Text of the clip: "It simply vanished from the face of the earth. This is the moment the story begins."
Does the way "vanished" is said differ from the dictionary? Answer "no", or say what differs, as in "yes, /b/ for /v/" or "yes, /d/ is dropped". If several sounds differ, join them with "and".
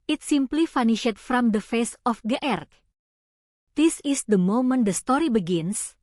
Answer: yes, /f/ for /v/